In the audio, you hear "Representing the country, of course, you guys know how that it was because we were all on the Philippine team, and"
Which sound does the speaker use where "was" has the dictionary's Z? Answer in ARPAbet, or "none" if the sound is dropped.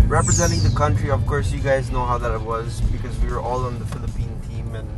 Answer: Z